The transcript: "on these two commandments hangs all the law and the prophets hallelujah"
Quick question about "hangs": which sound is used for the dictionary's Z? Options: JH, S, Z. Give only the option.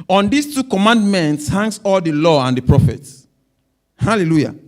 S